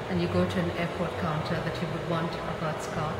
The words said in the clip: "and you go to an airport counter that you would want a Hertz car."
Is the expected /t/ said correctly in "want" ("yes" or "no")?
yes